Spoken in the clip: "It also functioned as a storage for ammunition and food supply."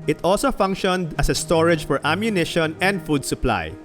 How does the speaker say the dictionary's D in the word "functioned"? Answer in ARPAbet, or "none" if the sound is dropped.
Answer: D